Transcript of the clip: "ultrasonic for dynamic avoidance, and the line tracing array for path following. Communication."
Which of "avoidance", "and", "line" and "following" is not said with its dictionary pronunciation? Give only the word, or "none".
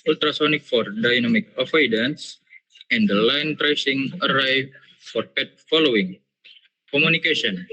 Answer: avoidance